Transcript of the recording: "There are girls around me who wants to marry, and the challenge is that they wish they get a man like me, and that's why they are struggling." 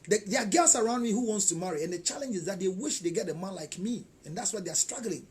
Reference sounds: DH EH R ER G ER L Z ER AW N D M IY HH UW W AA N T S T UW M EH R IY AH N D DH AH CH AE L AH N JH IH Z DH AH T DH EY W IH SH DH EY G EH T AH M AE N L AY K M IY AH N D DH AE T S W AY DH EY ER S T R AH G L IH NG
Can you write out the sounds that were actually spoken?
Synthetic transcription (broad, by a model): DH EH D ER G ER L S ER AW N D M IY HH UW W AA N T S T UW M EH R IY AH N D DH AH CH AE L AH N JH IH Z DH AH T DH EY W IH SH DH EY G EH T AH M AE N L AY K M IY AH N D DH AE T S W AY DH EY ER S T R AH G L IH NG